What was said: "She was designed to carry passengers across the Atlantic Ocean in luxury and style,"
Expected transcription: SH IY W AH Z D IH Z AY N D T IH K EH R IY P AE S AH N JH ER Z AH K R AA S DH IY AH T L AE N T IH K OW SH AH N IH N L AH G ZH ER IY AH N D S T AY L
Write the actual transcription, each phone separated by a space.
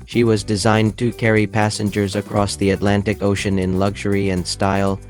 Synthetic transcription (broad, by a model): SH IY W AH Z D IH Z AY N T IH K EH R IY P AE S AH N JH ER Z AH K R AA S DH IY AH T L AE N T IH K OW SH AH N IH N L AH G ZH ER IY AH N D S T AY L